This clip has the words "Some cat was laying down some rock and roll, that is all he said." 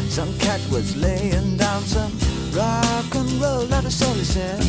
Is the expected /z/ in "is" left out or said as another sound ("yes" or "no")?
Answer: yes